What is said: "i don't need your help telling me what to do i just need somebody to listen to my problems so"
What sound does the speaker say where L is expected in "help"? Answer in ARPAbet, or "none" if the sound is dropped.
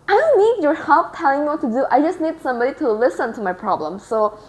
none